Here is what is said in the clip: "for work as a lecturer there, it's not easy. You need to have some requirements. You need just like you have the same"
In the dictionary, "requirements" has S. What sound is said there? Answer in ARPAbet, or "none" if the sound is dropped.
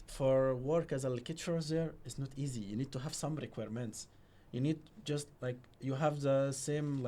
S